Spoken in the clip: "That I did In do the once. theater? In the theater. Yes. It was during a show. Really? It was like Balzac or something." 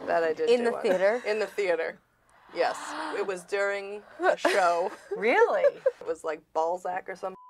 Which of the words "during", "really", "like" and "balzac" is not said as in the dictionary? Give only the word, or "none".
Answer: none